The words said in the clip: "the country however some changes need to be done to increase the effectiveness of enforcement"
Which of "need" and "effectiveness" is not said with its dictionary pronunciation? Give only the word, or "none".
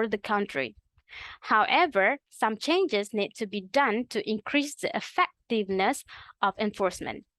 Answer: none